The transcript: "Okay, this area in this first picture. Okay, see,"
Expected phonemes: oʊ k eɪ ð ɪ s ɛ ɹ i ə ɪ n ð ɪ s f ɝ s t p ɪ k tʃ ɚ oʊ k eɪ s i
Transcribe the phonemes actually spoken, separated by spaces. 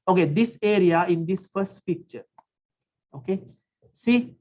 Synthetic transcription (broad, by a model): oʊ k eɪ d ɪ s ɛ ɹ i ə ɪ n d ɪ s f ɝ s t f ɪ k tʃ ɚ oʊ k eɪ s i